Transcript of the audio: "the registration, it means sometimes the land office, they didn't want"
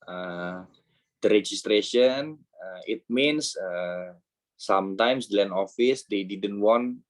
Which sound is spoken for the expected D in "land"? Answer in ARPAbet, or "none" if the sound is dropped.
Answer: none